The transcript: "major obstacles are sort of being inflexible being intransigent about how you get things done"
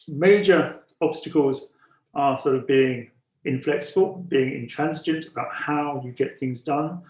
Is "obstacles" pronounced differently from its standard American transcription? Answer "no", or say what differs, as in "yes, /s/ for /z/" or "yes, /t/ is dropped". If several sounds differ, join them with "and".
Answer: no